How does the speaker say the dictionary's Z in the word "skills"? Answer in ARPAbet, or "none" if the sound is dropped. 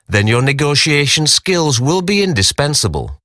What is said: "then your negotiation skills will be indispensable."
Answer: Z